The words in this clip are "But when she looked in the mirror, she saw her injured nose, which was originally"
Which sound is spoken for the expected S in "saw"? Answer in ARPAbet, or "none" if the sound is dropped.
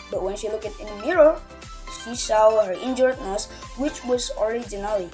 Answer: SH